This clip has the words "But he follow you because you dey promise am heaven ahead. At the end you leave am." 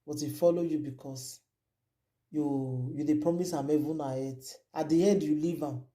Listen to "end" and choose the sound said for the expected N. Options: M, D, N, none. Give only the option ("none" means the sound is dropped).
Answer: none